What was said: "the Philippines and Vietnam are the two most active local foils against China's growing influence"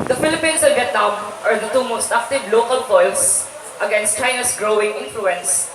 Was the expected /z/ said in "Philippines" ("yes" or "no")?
no